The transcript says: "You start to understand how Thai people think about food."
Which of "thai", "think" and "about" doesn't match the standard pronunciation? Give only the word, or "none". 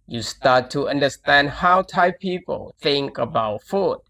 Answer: none